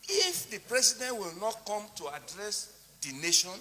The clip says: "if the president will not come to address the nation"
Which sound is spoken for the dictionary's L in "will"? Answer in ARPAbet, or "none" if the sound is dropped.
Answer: L